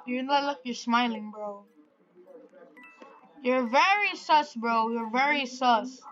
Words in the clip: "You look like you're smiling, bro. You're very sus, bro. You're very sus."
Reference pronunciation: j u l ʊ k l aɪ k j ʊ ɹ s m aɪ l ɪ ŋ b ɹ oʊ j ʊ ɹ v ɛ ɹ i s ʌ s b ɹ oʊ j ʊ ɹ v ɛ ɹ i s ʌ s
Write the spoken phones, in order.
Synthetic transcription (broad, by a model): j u n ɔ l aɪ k j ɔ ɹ s m aɪ l ɪ ŋ b ɹ oʊ j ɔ ɹ v ɛ ɹ i s ʌ s b ɹ oʊ j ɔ ɹ v ɛ ɹ i s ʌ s